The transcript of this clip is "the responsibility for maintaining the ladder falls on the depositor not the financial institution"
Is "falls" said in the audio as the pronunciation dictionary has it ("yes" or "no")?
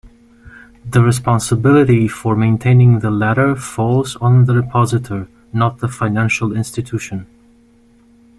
yes